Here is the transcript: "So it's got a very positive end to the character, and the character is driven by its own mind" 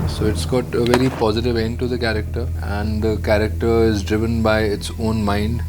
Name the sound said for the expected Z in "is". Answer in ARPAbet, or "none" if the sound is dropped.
Z